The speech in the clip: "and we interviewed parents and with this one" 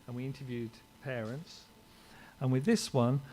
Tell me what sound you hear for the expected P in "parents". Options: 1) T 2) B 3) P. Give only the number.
3